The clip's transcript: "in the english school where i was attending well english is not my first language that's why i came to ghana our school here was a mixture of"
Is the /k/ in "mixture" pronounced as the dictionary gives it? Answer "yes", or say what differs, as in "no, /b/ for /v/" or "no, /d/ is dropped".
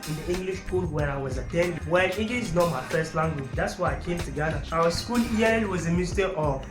no, /k/ is dropped